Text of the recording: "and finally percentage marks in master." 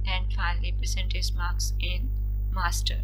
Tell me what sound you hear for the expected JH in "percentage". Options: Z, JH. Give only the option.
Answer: Z